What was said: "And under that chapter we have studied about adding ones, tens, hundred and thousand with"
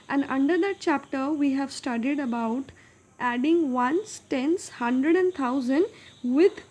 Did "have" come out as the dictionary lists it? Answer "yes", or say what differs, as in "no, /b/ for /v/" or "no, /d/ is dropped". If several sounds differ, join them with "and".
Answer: yes